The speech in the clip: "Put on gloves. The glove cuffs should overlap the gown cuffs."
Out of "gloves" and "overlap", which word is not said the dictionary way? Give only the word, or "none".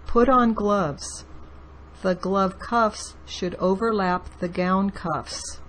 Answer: none